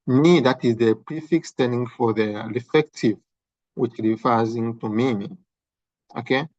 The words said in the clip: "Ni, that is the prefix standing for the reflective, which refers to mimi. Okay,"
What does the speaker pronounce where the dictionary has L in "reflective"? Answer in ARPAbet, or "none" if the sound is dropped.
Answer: none